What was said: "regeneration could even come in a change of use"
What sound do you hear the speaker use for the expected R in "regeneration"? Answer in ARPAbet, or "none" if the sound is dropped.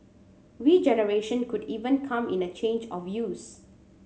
W